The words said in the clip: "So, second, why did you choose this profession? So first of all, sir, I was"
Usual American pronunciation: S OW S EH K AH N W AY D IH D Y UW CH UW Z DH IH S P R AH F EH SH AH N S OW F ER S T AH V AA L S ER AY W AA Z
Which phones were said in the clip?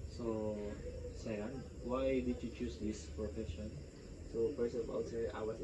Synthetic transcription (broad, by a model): S OW S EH AH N W AY D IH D Y UW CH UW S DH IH S P R AH F EH SH AH N S OW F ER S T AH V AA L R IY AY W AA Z